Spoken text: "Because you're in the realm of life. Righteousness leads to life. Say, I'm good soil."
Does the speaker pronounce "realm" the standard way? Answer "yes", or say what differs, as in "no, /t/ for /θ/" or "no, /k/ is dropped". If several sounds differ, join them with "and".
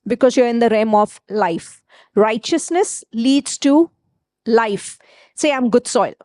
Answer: no, /l/ is dropped